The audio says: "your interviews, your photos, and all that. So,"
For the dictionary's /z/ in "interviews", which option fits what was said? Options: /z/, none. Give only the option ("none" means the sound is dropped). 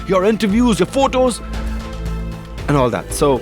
/z/